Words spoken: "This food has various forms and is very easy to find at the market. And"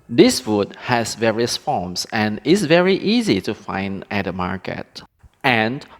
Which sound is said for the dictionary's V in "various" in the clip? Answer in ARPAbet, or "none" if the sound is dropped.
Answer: V